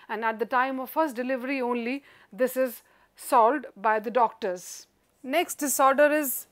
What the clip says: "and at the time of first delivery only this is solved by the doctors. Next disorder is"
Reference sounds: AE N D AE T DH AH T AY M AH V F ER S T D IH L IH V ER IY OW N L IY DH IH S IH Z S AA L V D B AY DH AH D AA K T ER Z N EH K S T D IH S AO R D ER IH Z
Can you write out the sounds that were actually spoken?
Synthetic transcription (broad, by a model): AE N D AE T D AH T AY M AH V F ER S T D IH L IH V ER IY OW N L IY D IH S IH Z S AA L D B AY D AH D AA K T ER Z N EH K S T D IH S AO R D ER IH Z